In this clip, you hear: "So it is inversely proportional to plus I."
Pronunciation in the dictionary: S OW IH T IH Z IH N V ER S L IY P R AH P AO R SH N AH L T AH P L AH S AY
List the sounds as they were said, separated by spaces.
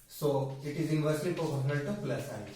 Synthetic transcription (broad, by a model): S OW IH T IH Z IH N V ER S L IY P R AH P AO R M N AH N T AH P L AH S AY